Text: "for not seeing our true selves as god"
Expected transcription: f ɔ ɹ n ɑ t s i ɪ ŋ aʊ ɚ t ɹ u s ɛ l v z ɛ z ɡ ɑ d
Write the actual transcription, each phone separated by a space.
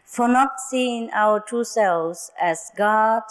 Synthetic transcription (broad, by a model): f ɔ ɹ n ɑ t s i ɪ ŋ aʊ ɚ t u s ɛ l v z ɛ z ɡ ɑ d